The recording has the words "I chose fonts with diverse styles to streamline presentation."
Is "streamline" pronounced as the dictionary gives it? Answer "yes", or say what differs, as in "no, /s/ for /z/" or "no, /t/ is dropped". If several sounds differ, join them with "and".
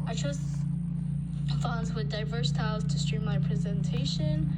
no, /l/ is dropped